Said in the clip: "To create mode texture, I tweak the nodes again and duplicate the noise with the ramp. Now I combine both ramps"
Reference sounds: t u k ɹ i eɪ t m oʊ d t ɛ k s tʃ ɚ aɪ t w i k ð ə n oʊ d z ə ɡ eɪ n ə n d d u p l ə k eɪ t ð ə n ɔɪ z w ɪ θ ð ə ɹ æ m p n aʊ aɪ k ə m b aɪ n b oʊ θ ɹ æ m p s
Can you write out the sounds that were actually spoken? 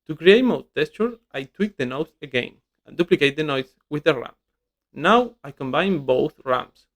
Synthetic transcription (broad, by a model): t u k ɹ i eɪ t m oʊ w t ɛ s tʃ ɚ aɪ t w i k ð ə n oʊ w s ə ɡ eɪ n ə n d d u p l ə k eɪ t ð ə n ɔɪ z w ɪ ð ə ɹ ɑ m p n aʊ aɪ k ə m b aɪ n b oʊ θ ɹ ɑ m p s